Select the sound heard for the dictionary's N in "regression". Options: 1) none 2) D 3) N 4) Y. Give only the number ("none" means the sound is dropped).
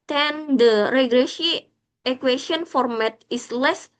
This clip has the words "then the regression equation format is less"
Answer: 1